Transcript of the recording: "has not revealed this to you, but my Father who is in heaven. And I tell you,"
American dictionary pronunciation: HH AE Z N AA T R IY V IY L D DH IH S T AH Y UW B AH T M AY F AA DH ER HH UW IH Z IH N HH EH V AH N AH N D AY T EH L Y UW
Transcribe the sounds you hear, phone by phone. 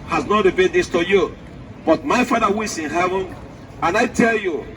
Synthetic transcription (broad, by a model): HH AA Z N AA T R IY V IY D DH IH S T AH Y UW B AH T M AY F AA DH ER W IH S IH N HH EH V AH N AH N AY T EH L Y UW